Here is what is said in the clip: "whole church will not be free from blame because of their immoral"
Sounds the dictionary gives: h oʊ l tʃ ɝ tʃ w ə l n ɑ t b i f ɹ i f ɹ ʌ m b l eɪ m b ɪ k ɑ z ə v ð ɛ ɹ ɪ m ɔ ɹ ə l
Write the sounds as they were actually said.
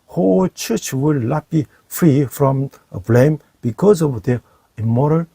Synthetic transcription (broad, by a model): h oʊ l tʃ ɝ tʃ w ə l l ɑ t b i f ɹ i f ɹ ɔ m b l eɪ m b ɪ k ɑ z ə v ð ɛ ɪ m ɔ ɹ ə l